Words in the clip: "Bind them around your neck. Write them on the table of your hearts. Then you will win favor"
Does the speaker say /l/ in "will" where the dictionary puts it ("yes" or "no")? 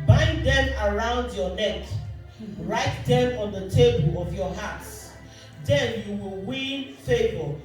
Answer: yes